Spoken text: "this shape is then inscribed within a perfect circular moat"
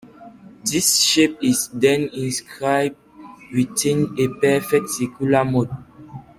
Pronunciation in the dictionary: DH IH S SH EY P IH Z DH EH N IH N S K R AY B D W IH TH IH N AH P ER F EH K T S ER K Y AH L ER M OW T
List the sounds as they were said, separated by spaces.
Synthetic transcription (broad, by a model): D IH S SH EY P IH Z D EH N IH N S K R AY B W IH T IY N AH P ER F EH K T S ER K Y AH L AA M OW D